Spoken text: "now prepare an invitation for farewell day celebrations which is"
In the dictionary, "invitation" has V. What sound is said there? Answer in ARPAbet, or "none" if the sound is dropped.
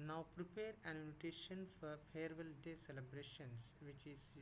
none